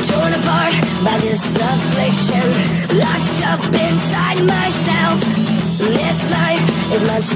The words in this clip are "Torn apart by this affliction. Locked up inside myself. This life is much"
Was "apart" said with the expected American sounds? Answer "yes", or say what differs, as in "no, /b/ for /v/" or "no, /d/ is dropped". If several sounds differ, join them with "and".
no, /b/ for /p/